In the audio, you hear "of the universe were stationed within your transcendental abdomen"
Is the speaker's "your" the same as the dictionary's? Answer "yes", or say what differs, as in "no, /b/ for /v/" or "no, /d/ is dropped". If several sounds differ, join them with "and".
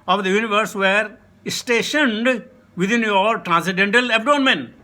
no, /l/ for /ɹ/